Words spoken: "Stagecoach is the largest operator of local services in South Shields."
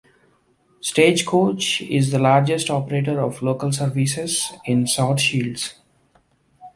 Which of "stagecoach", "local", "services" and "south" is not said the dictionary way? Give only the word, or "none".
south